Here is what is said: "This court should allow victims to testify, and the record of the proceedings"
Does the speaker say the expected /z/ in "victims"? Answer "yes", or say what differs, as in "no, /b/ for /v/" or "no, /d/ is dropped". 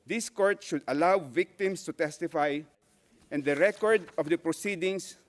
no, /s/ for /z/